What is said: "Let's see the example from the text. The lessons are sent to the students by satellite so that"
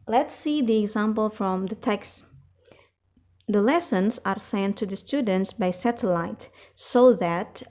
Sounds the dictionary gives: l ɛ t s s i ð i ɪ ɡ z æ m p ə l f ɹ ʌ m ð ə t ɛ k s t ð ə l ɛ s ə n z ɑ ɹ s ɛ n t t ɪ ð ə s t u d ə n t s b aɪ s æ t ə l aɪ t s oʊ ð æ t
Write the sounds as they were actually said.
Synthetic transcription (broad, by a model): l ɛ t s s i ð i ɪ ɡ z æ m p ə l f ɹ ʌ m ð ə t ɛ k s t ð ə l ɛ s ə n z ɑ ɹ s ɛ n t t ɪ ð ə s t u d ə n t s b aɪ s æ t ə l aɪ t s oʊ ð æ t